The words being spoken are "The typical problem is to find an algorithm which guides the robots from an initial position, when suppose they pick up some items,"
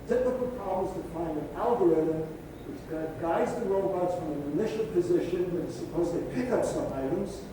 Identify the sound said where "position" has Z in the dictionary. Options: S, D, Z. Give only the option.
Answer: Z